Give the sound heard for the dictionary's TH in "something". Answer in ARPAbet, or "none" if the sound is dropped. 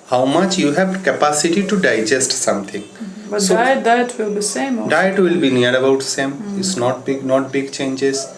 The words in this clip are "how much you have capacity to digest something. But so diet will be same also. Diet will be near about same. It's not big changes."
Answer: T